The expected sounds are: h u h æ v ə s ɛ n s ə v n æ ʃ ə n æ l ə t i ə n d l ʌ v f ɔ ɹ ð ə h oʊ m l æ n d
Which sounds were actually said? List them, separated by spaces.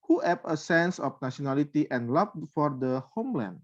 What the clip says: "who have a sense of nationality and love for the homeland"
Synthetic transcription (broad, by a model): h u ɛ p ə s ɛ n s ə f n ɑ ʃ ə n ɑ l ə t i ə n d l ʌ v f ɔ ɹ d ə h oʊ m l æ n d